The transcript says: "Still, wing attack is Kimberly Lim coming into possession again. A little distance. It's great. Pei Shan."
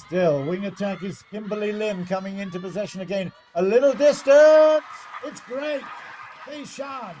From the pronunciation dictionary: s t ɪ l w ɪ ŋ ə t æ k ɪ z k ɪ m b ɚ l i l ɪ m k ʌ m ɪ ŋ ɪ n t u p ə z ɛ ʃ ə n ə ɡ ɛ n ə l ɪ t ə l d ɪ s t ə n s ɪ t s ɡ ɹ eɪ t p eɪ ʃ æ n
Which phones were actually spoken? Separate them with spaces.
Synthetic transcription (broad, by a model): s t ɪ l w ɪ ŋ ə t æ k ɪ z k ɪ m b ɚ l i l ɪ m k ʌ m ɪ ŋ ɪ n t u p ə z ɛ ʃ ə n ə ɡ ɛ n ə l ɪ t l d ɪ s t ə n s ɪ t s ɡ ɹ eɪ t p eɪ ʃ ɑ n